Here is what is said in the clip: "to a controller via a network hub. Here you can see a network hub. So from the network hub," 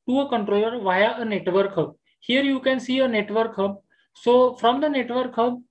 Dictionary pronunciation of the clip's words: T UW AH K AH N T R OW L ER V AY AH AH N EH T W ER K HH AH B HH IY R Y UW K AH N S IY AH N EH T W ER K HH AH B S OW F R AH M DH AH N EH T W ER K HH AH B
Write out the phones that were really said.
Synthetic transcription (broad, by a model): T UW AH K AH N T R OW L ER V AY AH AH N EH T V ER K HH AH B HH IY R Y UW K AH N S IY AH N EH T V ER K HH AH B S OW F R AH M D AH N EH T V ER K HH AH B